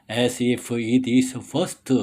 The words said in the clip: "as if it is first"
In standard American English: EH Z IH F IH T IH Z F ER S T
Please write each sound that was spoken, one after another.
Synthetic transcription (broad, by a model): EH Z IH F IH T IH S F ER S T